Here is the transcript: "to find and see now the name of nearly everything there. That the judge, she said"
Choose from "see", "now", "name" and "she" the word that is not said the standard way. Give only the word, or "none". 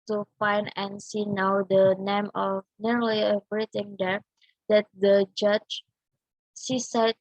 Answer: she